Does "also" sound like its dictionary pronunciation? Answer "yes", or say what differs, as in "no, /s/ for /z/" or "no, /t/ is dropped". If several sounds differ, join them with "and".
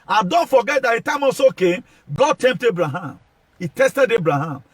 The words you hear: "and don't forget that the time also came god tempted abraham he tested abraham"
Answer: no, /l/ is dropped